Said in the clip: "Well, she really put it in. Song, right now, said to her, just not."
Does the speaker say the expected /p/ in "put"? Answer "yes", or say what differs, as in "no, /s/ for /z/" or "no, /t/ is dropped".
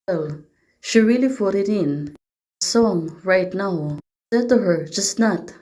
no, /f/ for /p/